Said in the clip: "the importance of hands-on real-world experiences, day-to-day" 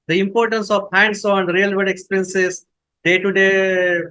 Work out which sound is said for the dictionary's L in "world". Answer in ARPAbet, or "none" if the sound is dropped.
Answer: none